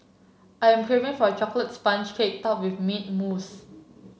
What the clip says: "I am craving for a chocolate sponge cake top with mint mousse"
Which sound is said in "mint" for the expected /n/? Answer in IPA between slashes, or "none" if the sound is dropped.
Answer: none